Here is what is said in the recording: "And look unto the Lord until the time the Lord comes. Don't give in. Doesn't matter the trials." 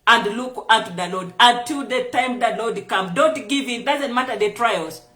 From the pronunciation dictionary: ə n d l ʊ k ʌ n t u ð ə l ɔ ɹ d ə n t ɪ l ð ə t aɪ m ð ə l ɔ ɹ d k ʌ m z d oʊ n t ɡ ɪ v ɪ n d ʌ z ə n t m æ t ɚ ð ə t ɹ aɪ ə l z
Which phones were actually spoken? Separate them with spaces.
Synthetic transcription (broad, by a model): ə n d l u k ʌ t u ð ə l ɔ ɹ d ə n t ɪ l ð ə t aɪ m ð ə l ɔ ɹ d k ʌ m d oʊ n t ɡ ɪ v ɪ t d ʌ z ə n t m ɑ t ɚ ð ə t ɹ aɪ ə l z